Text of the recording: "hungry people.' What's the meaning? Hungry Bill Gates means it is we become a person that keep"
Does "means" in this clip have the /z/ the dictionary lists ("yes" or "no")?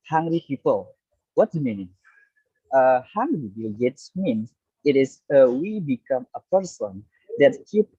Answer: no